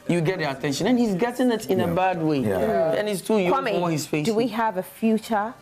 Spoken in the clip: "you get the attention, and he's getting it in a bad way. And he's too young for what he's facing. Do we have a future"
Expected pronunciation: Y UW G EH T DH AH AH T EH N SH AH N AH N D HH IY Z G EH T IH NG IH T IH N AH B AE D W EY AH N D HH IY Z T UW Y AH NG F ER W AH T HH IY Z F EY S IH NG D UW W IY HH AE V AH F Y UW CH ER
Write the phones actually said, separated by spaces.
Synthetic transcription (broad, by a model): Y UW G EH T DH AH AH T EH N SH AH N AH N HH IY Z G EH T IH NG IH T IH N AH B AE D W EY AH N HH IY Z T UW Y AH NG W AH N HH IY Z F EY IH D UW W IY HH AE V AH F Y UW CH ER